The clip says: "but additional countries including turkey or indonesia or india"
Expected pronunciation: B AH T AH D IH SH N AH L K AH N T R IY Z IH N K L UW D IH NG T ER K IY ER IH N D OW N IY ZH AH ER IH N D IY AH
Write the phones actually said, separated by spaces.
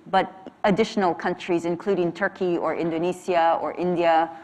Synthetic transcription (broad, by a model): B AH T AH D IH SH N AH L K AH N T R IY Z IH N K L UW D IH NG T ER K IY ER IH N D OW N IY S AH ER IH N D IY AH